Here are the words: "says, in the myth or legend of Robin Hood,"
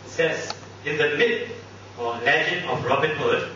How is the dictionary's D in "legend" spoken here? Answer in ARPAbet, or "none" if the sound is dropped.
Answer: none